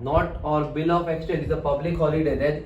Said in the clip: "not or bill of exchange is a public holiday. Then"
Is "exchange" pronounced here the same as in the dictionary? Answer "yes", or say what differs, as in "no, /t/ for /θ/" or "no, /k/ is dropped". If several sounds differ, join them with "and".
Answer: no, /n/ is dropped